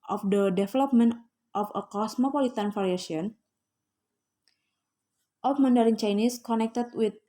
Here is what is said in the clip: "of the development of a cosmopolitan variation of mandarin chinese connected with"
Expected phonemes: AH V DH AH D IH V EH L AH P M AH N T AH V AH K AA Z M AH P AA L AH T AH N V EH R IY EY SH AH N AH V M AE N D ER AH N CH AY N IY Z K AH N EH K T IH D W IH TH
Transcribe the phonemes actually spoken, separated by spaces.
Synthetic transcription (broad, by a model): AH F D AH D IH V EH L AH P M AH N T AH F AH K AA S M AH P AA L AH T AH N F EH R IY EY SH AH N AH F M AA N D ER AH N CH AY N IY S K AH N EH K T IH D W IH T